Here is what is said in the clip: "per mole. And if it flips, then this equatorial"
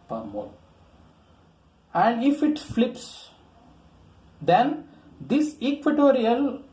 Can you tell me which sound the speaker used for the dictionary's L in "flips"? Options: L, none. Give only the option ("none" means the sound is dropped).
L